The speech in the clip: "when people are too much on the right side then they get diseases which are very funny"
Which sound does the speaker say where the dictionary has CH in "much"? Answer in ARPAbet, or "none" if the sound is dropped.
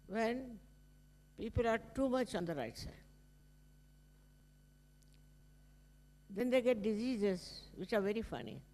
CH